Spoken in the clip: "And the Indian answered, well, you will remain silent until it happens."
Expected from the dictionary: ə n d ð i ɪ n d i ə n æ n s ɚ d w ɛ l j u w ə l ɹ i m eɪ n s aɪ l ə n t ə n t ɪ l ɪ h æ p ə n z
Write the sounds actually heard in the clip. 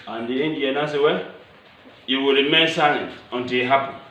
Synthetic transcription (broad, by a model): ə n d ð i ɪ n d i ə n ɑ s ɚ w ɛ j u w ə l ɹ i m eɪ n s aɪ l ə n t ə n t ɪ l ɪ h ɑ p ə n